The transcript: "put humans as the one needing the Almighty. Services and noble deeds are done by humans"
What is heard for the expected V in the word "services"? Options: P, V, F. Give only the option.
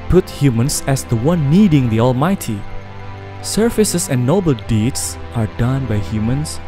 F